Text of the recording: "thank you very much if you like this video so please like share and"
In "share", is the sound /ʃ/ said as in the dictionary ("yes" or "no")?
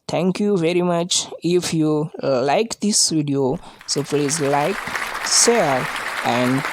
no